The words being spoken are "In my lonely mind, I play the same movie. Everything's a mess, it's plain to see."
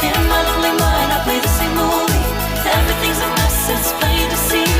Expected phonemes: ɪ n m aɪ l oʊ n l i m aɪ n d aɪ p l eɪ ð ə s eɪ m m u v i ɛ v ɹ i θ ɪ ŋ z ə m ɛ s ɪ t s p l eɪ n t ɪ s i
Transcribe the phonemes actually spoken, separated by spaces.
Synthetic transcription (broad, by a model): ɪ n m aɪ l oʊ n l i m aɪ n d aɪ p l eɪ ð ə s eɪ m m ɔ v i ɛ v ɹ i θ ɪ ŋ z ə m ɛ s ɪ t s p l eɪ t ɪ s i